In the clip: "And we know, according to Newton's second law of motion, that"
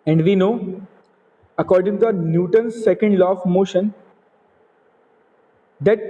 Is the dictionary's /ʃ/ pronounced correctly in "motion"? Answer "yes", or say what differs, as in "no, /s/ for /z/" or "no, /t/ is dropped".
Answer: yes